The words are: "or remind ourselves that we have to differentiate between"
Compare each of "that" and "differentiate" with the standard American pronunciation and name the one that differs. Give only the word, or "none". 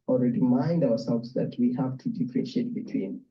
differentiate